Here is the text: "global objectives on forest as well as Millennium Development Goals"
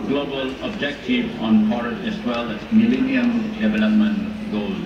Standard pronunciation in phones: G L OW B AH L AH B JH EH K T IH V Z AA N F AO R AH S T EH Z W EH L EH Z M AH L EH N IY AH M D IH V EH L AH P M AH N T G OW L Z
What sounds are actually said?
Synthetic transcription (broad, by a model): G L OW B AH L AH B JH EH K T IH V AA N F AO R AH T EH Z W EH L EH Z M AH L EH N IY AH M D IH V EH L AH P M AH N T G OW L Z